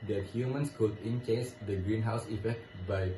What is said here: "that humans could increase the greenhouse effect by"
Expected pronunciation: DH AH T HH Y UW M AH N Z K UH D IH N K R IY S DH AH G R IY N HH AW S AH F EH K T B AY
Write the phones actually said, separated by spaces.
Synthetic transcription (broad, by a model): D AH T HH Y UW M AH N S K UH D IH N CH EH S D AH G R IY N HH AW S AH F EH K T B AY